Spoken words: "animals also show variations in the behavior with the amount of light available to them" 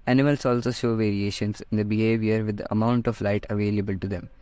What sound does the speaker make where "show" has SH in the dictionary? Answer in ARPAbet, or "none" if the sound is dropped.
SH